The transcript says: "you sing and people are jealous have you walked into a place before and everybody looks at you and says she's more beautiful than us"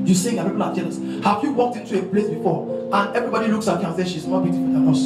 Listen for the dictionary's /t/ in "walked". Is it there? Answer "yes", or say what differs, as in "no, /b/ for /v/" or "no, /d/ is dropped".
yes